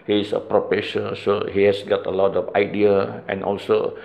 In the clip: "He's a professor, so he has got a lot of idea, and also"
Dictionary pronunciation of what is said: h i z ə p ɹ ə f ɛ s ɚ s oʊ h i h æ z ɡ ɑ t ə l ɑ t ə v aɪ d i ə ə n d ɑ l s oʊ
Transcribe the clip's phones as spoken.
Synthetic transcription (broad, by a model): h i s ə p ɹ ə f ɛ ʃ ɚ s oʊ h i h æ s ɡ ɑ t ə l ɑ t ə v aɪ d i ə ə n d ɑ l s oʊ